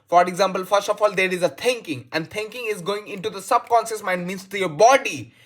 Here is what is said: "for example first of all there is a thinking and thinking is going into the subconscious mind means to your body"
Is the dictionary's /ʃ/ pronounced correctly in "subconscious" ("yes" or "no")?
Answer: no